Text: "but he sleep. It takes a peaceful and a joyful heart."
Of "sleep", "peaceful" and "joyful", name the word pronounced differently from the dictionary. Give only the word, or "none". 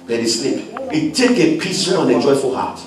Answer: peaceful